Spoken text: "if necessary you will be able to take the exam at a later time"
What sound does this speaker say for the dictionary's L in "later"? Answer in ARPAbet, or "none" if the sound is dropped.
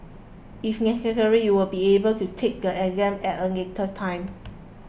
N